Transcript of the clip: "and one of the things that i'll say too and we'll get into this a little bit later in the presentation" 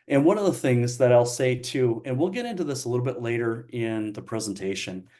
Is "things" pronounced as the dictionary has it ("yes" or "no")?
yes